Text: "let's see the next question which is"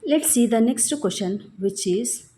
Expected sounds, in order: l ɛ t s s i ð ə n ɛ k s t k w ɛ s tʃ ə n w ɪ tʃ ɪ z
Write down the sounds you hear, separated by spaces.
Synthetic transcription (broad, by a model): l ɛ t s s i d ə n ɛ k s t k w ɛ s ʃ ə n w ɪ tʃ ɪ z